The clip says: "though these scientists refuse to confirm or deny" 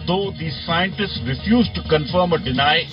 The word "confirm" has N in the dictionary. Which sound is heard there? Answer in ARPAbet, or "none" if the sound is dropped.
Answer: N